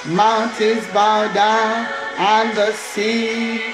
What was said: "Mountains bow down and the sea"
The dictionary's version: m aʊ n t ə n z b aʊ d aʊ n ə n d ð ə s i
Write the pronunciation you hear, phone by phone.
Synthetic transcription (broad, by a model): m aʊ n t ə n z b aʊ d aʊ ə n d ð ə s i